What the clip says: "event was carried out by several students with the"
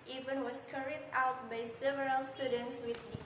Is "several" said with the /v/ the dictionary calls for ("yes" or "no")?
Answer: yes